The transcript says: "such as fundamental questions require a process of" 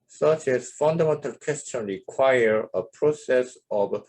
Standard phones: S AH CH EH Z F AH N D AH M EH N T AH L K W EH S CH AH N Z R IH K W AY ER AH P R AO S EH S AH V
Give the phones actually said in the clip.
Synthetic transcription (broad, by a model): S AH CH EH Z F AH N D AH M EH N T AH L K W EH S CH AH N R IH K W AY ER AH P R AO S EH S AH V